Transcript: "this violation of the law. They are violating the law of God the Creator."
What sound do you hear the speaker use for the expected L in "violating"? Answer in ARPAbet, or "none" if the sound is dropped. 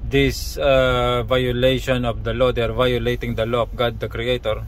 L